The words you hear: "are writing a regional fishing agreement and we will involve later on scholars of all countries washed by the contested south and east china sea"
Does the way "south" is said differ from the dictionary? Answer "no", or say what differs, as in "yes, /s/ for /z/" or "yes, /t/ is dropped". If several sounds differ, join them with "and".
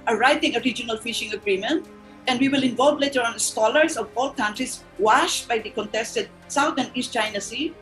yes, /t/ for /θ/